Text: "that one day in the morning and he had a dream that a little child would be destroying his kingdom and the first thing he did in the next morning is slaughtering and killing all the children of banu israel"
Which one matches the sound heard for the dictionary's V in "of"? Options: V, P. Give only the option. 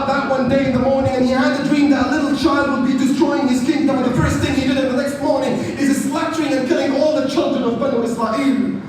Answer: V